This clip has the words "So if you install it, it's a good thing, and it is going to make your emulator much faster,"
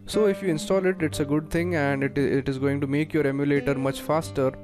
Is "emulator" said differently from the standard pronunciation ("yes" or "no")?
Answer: no